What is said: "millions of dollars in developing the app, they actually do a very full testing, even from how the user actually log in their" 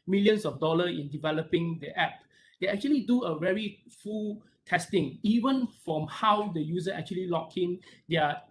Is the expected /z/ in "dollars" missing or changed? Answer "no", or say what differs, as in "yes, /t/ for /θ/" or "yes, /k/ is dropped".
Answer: yes, /z/ is dropped